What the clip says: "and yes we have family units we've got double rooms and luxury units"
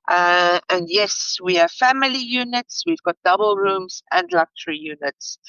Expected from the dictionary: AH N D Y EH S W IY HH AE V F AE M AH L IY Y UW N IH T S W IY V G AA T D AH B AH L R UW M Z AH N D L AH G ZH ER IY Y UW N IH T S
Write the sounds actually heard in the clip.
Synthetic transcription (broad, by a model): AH N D Y EH S W IY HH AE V F AE M AH L IY Y UW N IH T S W IY V G AA T D AH B AH L R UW M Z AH N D L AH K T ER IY Y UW N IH T S